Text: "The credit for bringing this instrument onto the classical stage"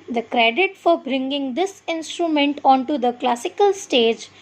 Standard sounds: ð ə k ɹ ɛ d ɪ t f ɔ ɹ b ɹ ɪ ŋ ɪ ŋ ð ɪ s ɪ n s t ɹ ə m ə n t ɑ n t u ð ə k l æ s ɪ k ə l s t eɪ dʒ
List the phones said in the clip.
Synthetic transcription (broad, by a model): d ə k ɹ ɛ d ɪ t f ɔ ɹ b ɹ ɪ ŋ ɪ ŋ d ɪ s ɪ n s t ɹ ə m ə n t ɑ n t u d ə k l æ s ɪ k ə l s t eɪ dʒ